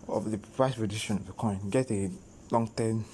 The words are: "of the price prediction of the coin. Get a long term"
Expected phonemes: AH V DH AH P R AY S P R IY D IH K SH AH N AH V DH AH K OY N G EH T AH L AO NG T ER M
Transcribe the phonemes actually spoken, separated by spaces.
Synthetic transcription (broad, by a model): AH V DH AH P R AY S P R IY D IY SH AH N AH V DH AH K OY N G EH T AH L AO NG T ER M